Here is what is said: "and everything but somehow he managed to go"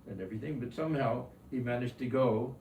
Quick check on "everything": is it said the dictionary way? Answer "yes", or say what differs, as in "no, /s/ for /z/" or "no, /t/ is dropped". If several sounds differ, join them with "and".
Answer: yes